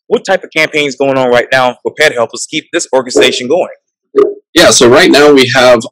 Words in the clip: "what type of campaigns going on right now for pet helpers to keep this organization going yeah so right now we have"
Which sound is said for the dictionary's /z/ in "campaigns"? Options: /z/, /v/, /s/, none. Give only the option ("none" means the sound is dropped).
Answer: /z/